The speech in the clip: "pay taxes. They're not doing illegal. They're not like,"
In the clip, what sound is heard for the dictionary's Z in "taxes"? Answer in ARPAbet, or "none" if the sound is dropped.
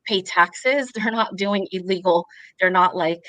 Z